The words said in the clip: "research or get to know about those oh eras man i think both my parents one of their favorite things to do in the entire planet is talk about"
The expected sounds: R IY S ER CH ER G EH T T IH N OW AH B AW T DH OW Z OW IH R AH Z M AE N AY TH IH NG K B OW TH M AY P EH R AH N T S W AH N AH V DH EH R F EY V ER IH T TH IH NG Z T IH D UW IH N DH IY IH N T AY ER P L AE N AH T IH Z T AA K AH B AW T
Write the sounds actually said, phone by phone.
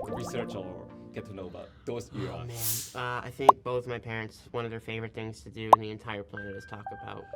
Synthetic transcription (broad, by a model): R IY S ER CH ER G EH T T IH N OW AH B AW T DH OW UH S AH M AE N AY TH IH NG K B OW TH M AY P EH R AH N T S W AH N AH V DH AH R F EY V ER IH T TH IH NG Z T IH D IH IH N DH IY IH N T AY ER P L AE N AH T IH Z T AA K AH B AW T